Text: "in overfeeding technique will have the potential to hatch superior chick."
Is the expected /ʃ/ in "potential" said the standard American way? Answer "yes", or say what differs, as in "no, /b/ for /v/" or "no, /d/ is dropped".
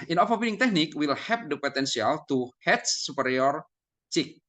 no, /s/ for /ʃ/